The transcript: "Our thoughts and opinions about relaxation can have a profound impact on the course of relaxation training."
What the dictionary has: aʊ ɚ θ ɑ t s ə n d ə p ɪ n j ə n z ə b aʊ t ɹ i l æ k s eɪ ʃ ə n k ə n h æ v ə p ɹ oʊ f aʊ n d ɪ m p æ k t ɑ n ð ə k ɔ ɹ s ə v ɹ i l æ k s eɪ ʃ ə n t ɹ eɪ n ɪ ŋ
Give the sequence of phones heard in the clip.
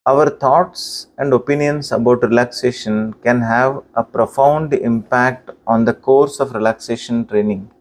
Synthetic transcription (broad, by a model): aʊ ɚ t ɑ t s ə n d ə p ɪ n j ə n s ə b aʊ t ɹ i l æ k s eɪ ʃ ə n k ə n h æ v ə p ɹ oʊ f aʊ n d ɪ m p æ k t ɑ n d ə k ɔ ɹ s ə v ɹ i l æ k s eɪ ʃ ə n t ɹ eɪ n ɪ ŋ